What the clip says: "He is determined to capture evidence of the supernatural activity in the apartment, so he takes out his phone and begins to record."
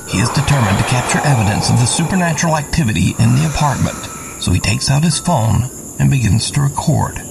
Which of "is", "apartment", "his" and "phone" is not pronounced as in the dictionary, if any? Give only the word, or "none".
none